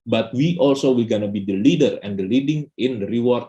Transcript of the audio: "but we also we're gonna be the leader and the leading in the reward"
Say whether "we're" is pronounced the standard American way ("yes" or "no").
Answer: no